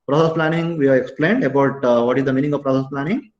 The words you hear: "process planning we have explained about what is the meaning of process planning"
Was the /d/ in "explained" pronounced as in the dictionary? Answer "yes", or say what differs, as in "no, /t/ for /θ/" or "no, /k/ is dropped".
yes